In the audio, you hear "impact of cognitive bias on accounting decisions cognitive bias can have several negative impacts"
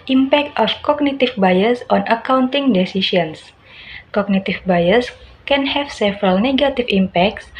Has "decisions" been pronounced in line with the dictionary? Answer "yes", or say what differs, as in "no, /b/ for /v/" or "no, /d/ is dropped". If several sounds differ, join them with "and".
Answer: no, /s/ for /ʒ/ and /s/ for /z/